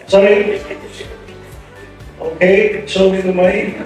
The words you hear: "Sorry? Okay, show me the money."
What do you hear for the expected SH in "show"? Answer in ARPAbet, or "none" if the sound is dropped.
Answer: S